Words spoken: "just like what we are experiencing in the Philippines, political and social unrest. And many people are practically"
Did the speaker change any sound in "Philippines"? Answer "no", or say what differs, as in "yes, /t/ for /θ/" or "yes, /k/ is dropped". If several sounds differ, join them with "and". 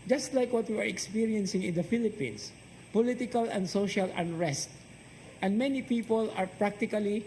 yes, /s/ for /z/